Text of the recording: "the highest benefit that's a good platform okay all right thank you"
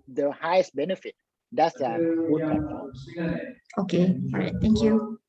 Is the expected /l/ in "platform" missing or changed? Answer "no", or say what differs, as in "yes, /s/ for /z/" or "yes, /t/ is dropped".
yes, /l/ is dropped